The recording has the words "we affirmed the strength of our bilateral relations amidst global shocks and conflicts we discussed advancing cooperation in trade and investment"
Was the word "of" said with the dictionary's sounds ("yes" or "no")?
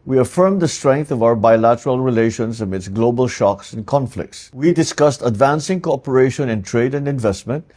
yes